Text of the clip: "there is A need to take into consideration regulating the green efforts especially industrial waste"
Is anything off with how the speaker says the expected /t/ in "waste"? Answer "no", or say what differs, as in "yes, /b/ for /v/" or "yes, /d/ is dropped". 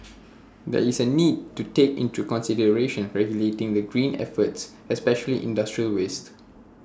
no